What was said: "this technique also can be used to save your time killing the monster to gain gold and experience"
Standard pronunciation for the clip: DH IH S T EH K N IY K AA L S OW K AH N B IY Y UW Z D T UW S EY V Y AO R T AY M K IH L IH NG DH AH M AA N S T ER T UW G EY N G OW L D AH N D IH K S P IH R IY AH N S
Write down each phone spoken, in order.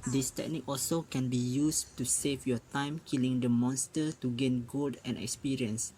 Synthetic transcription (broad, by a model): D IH S T EH K N IY K AA L S OW K AH N B IY Y UW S T UW S EY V Y AO T AY M K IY L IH NG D AH M AA N S T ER T UW G EY N G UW D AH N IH K S P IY R IY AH N S